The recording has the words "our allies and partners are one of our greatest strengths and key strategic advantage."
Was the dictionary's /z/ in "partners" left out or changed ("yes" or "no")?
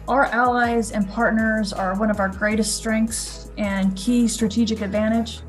no